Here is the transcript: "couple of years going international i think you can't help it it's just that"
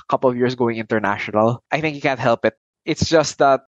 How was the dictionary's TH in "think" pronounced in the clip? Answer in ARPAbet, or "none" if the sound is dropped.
TH